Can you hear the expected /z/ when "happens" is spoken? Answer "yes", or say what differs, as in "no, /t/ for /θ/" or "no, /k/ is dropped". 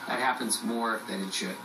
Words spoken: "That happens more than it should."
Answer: yes